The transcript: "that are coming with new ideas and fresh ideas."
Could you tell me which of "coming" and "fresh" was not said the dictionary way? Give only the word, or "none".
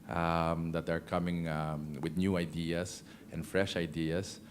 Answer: none